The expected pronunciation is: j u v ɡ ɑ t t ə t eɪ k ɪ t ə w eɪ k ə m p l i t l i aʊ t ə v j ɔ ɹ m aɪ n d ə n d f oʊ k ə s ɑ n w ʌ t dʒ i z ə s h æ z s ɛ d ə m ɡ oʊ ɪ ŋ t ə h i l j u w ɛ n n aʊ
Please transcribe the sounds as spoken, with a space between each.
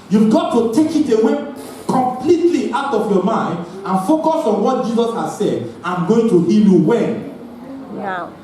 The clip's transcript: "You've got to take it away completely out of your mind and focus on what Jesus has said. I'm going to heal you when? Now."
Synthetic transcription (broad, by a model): j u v ɡ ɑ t t ə t eɪ k ɪ t ə w eɪ k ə m p l i t l i aʊ t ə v j ɔ m aɪ n d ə n f oʊ k ə s ɑ n w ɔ t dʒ i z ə s h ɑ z s ɛ d ə m ɡ oʊ ɪ ŋ t ə h i l j u w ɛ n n